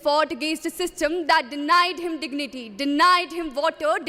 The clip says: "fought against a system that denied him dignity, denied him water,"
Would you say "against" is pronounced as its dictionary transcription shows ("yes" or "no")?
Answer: no